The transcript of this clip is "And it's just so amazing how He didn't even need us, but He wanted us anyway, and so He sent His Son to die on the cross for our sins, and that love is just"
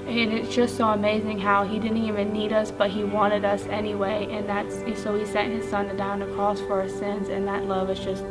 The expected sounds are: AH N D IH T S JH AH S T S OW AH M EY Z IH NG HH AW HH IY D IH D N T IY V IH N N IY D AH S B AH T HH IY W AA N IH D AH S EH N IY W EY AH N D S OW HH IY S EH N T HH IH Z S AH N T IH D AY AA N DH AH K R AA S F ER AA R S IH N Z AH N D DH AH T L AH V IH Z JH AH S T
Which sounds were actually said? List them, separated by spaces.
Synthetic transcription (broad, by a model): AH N IH T S JH AH S T S OW AH M EY Z IH NG HH AW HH IY D IH D N T IY V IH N N IY D AH S B AH T HH IY W AA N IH D AH S EH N IY W EY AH N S S OW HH IY S EH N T HH IH Z S AH N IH D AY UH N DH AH K R AA S F ER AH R S IH N Z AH N DH AH T L AH V IH Z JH AH S T